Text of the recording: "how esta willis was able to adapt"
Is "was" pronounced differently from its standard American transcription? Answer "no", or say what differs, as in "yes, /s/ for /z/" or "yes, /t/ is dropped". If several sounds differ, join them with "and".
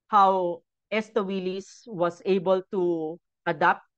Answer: yes, /s/ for /z/